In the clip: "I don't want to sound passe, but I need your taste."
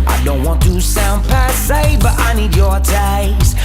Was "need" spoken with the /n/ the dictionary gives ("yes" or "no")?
yes